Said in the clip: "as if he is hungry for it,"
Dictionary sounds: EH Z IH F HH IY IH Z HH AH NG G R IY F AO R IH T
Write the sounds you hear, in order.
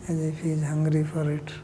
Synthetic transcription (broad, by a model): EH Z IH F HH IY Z HH AH NG G R IY F AO R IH T